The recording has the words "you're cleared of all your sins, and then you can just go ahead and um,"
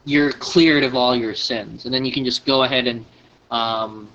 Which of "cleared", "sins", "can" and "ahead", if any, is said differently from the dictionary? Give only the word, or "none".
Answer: none